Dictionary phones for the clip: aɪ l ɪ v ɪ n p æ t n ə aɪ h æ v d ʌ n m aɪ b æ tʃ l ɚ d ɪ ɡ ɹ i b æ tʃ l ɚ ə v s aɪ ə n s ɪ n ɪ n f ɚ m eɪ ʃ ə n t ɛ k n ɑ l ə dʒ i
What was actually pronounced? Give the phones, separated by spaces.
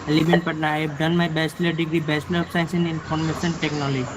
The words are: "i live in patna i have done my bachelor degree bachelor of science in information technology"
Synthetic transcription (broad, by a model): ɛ l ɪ b ɪ n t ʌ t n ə aɪ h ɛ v d ʌ n m aɪ b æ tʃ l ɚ d ɪ ɡ ɹ i b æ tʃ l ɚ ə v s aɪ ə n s ɪ n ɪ n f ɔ m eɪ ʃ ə n t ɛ k n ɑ l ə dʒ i